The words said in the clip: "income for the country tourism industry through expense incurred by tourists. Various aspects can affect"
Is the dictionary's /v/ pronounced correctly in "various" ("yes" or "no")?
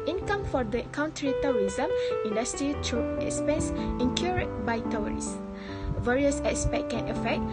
yes